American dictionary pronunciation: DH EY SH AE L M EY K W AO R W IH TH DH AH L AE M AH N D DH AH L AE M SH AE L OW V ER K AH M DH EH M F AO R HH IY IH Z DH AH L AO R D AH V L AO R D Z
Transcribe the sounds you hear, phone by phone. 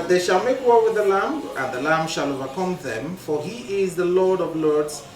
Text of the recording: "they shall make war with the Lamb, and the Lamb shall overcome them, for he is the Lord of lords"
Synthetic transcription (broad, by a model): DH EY SH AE L M EY K W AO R W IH DH AH L AE M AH N DH AH L AE M SH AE L OW V ER K AH M DH EH M F AO R HH IY IH Z DH AH L AO R D AH V L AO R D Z